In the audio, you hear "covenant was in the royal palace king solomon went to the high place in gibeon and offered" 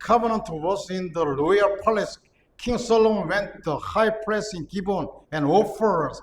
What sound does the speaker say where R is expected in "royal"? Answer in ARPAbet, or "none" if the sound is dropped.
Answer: L